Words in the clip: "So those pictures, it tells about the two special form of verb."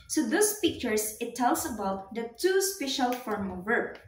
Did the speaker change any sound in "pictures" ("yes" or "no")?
yes